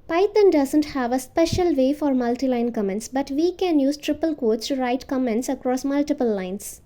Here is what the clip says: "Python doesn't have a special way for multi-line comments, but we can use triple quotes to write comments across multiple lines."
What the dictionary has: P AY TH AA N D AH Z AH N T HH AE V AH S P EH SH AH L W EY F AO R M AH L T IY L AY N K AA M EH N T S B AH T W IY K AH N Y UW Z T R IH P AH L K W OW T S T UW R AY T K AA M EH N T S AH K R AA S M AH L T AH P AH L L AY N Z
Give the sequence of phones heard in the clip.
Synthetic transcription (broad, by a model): P AY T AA N D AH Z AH N T HH AE V AH S P EH SH AH L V EY F AO R M AH L T IY L AY N K AA M EH N T S B AH T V IY K AH N Y UW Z T R IH P AH L K OW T S T UW R AY T K AA M EH N T S AH K R AA S M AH L T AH P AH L L AY N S